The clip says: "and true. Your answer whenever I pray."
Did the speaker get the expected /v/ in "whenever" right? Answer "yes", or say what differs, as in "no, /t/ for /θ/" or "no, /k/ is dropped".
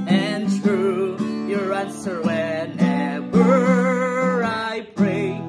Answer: no, /w/ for /v/